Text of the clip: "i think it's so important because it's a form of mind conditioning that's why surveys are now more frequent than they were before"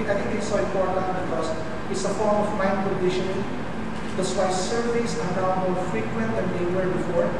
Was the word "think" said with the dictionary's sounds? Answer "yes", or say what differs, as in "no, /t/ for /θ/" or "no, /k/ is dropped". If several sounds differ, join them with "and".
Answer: no, /t/ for /θ/